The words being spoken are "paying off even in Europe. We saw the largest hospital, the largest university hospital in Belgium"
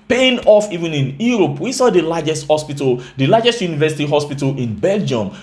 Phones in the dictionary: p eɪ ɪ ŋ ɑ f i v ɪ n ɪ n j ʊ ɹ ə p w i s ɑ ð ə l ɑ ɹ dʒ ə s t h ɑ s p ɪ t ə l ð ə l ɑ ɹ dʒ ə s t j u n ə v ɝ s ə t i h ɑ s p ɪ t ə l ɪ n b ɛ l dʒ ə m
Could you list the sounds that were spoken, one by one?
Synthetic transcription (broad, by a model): p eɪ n ɑ f i v ɪ n ɪ n j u ɹ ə p w i s ɑ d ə l ɑ dʒ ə s t h ɑ s p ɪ t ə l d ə l ɑ dʒ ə s t j u n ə v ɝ s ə t i h ɑ s p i t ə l ɪ n b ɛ l dʒ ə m